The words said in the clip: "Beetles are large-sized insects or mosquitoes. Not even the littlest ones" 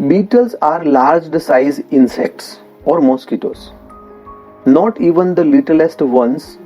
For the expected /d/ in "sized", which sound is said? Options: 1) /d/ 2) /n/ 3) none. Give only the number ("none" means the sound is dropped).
3